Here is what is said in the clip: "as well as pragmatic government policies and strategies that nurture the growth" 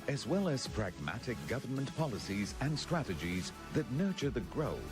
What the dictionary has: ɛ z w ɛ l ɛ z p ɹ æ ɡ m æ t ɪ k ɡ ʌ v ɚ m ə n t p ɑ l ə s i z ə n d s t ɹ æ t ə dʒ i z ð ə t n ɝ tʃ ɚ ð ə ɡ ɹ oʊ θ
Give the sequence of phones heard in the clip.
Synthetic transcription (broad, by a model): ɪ z w ɛ l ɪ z p ɹ æ ɡ m æ t ɪ k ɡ ʌ v ɚ m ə n p ɑ l ə s i z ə n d s t ɹ æ t ə dʒ i z ð ə t n ɝ tʃ ɚ ð ə ɡ ɹ oʊ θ